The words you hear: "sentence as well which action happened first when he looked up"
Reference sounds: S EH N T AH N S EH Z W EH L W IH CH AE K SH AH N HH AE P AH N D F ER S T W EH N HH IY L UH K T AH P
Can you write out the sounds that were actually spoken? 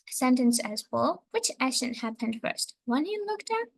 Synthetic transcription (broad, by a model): S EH N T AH N S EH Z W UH L W IH CH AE SH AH N HH AE P AH N D F ER S T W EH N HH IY L UH K T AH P